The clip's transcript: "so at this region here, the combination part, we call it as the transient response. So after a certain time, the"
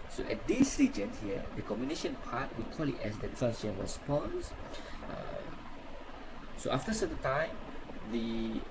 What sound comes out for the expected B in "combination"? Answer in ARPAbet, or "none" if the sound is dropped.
none